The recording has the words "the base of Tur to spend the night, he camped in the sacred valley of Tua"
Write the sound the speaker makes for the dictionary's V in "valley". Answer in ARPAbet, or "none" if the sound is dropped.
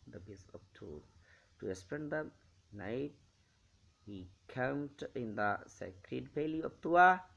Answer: P